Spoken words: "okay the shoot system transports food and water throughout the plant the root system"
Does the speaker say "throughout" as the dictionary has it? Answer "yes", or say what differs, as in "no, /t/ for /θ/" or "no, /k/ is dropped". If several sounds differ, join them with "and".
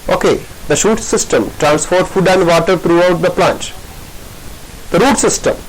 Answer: no, /t/ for /θ/